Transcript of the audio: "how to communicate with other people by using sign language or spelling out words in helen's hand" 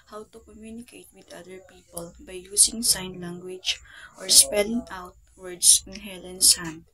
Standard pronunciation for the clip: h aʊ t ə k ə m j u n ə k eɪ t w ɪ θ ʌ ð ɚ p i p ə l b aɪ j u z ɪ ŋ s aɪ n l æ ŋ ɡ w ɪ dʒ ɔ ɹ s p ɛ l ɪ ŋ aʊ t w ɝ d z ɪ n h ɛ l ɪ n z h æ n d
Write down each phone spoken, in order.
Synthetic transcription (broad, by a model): h aʊ t ə k ə m j u n ə k eɪ t w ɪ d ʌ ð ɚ p i p ə l b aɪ j u s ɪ ŋ s aɪ n l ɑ ŋ ɡ w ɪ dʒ ɔ ɹ s p ɛ l ɪ ŋ aʊ t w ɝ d s ɪ n h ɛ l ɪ n s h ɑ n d